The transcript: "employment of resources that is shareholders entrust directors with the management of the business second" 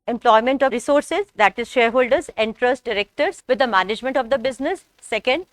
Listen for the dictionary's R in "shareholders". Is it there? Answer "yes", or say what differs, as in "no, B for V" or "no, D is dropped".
yes